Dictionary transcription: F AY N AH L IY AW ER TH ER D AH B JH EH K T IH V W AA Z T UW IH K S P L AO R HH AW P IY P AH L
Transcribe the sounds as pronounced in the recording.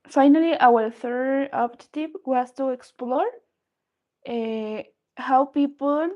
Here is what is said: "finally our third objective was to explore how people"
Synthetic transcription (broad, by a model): F AY N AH L IY AW ER TH ER D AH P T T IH P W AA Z T UW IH K S P L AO R HH AW P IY P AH L